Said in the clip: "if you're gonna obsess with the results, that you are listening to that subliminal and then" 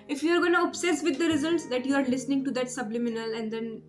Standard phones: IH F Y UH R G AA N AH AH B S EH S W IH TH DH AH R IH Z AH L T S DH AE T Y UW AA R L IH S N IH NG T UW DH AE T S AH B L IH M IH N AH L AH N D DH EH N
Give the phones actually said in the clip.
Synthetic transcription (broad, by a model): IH F Y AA R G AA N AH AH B S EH S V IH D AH R IH Z AH L T S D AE T Y UW AA R L IH S N IH NG T UW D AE T S AH B L IH M IH N AH L AH N D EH N